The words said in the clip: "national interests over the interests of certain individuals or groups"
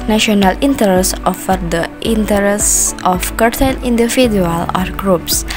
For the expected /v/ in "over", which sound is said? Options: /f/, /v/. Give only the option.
/f/